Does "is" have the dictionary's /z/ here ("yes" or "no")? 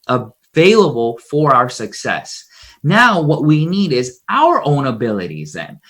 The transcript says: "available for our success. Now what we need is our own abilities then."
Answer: yes